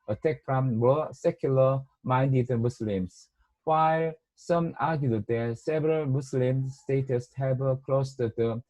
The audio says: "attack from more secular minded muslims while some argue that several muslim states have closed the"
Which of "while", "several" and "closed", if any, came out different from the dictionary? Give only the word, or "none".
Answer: closed